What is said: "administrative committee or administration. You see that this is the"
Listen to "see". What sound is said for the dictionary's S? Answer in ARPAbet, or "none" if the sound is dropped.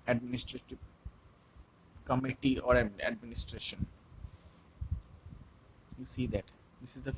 S